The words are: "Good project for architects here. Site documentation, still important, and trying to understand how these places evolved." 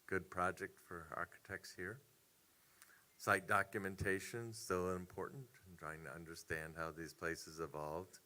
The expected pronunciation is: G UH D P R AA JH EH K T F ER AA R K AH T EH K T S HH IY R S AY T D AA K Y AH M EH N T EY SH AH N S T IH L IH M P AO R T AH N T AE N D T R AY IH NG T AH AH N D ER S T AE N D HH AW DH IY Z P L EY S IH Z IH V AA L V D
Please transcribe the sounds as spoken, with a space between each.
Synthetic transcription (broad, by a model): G UH D P R AA JH EH K T F ER AA R K AH T EH K T S HH IY R S AY T D AA K Y AH M EH N T EY SH AH N S T IH L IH M P AO R T N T N T R AY IH NG T AH AH N D ER S T AE N D HH AW DH IY Z P L EY S IH Z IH V AA L V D